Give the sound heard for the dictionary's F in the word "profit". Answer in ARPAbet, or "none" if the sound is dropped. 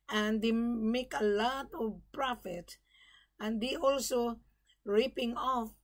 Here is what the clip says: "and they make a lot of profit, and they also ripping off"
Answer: F